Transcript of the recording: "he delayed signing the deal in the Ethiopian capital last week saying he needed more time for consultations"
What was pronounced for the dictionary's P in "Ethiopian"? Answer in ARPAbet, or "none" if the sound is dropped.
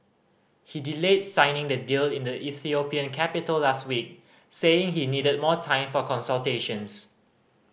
P